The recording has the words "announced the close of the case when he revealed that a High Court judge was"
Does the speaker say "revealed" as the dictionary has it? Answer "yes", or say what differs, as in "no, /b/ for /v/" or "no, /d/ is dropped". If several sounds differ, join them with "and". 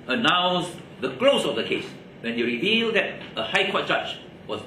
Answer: yes